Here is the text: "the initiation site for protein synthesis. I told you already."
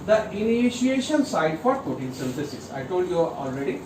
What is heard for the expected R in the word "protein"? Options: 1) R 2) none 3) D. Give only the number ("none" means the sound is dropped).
2